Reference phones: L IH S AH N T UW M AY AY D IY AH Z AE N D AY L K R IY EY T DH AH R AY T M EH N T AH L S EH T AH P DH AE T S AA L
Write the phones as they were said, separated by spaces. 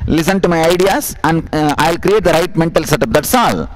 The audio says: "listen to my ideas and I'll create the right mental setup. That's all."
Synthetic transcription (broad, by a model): L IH S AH N T UW M AY AY D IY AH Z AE N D AY L K R IY EY T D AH R AY T M EH N T AH L S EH T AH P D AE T S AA L